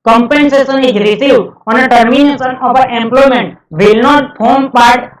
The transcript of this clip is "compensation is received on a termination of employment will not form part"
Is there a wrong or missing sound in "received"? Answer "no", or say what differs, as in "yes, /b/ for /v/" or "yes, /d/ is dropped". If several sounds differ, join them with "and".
yes, /d/ is dropped